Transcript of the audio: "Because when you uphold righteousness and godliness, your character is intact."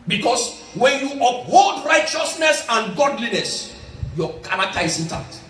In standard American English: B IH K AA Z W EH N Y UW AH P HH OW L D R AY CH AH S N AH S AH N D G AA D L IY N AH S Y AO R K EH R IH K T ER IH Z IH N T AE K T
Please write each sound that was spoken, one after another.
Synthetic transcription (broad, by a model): B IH K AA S W EH N Y UW AH P HH OW L D R AY CH AH S N AH S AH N G AA D L IY N AH S Y AO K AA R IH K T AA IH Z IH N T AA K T